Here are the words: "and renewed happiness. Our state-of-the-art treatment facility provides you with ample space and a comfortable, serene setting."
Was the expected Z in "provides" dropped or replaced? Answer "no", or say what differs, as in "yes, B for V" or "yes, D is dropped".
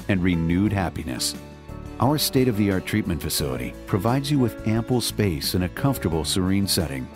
no